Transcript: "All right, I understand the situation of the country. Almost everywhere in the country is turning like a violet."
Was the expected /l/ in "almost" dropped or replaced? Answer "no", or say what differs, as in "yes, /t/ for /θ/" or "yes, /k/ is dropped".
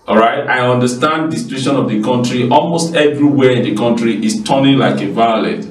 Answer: no